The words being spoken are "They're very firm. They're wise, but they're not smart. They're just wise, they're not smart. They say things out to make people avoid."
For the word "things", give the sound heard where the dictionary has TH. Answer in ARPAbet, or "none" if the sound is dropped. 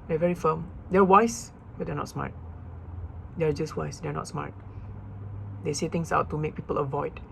T